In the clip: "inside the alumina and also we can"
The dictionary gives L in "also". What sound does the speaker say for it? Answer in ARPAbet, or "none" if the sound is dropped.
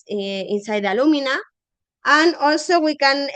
none